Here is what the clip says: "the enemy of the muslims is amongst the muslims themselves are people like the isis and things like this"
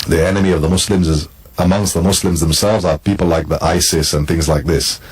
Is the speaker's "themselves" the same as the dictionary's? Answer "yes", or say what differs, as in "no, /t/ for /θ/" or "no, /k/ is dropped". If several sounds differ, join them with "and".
yes